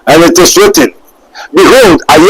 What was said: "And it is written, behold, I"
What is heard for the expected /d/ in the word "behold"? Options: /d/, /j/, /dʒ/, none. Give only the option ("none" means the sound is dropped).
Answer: /d/